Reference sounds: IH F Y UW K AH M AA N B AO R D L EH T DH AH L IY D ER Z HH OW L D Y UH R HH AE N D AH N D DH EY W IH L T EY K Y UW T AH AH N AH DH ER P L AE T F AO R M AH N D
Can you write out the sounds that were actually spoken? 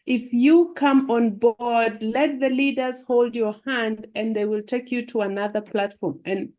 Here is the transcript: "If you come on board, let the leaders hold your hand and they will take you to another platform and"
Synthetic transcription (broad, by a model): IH F Y UW K AH M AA N B AO R D L EH T DH AH L IY D ER Z HH OW L D Y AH R HH AE N D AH N DH EY W IH L T EY K Y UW T AH AH N AH DH ER P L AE T F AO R M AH N